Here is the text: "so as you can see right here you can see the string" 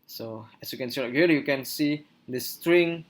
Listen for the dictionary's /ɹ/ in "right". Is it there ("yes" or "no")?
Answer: no